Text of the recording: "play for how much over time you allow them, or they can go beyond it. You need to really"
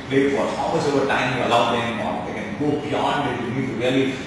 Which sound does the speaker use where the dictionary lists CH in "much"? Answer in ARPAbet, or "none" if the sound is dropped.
S